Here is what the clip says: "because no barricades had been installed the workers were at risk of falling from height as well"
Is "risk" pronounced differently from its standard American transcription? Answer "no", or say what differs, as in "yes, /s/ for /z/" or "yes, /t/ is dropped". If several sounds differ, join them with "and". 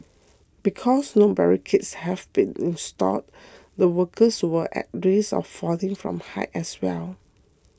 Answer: yes, /k/ is dropped